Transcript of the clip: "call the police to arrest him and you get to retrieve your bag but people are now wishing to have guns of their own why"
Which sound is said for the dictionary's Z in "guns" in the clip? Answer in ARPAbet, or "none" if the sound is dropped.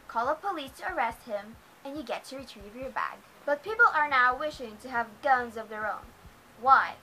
Z